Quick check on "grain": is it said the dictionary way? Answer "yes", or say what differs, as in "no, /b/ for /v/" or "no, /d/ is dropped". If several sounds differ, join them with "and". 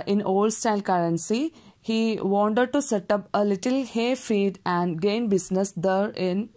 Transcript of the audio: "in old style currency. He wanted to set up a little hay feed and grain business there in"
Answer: no, /ɹ/ is dropped